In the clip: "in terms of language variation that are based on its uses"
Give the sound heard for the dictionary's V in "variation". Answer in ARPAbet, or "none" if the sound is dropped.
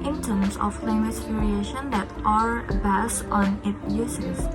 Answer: P